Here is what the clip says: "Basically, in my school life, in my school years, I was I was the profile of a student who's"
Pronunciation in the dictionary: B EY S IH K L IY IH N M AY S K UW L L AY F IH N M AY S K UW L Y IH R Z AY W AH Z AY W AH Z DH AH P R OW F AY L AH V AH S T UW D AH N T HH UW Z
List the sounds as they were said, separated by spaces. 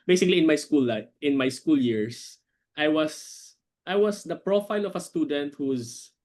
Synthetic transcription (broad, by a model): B EY S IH K L IY IH N M AY S K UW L L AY IH N M AY S K UW L Y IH R S AY W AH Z AY W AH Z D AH P R OW F AY L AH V AH S T UW D AH N T HH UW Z